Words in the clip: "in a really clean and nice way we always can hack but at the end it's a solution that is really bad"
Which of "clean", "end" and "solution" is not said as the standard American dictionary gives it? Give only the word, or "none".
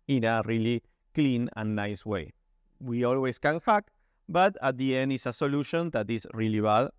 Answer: none